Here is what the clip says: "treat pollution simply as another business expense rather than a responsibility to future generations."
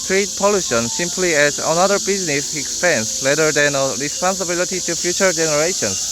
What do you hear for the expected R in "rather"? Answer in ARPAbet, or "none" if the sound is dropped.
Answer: L